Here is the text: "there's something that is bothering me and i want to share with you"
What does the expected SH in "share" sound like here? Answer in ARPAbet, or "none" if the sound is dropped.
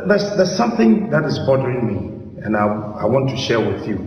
SH